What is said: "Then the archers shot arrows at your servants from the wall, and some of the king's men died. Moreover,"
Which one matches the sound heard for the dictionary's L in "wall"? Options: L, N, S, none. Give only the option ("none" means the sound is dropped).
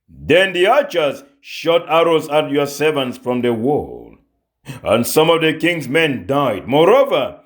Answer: L